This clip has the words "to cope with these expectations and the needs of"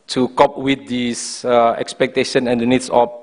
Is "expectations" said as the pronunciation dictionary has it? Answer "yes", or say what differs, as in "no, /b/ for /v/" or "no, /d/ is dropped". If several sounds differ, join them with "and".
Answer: no, /z/ is dropped